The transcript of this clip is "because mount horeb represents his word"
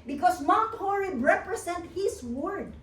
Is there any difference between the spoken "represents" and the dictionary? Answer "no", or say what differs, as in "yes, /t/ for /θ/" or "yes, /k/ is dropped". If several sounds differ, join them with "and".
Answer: yes, /s/ is dropped